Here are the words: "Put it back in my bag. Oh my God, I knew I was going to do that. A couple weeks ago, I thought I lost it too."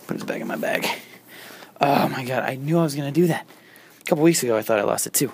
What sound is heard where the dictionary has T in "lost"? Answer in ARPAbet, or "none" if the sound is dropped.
T